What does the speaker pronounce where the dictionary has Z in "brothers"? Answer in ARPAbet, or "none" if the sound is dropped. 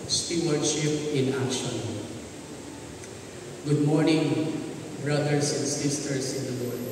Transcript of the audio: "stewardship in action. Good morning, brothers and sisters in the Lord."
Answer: S